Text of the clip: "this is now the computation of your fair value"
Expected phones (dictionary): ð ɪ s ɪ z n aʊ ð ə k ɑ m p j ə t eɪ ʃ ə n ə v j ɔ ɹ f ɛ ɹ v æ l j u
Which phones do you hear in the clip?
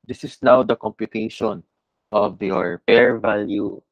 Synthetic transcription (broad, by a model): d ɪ s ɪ s n aʊ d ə k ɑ m p j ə t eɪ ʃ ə n ə v j ɔ ɹ p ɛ ɹ v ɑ l j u